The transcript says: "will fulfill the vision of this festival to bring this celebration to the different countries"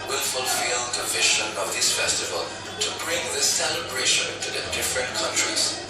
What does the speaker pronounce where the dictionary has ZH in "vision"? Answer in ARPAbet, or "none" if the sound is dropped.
SH